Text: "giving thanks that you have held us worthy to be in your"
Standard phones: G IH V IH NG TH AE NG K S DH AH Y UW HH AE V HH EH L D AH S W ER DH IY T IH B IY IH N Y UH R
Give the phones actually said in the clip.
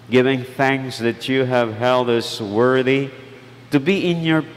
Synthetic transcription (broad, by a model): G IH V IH NG TH AE NG K S DH AH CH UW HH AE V HH EH L D AH S W ER DH IY T IH B IY IH N Y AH R